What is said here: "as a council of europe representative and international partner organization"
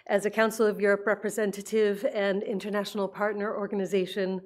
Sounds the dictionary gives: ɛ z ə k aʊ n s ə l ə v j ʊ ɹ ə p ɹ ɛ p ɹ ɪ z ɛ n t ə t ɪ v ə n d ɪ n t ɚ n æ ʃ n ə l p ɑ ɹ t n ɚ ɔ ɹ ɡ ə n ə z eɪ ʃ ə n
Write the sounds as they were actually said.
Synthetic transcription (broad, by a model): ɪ z ə k aʊ n s l ə v j ʊ ɹ ə p ɹ ɛ p ɹ ɪ z ɛ n t ə t ɪ v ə n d ɪ n t ɚ n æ ʃ n l p ɑ ɹ t n ɚ ɔ ɹ ɡ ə n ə z eɪ ʃ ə n